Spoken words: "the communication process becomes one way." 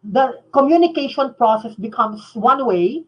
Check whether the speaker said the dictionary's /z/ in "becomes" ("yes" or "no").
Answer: no